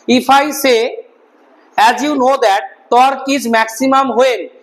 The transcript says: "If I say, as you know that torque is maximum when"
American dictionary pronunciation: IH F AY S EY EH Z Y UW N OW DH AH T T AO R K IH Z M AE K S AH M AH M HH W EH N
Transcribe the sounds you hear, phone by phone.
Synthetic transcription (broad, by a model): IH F AY S EY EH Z Y UW N OW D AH T T AO R K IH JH M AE K S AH M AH M HH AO EH N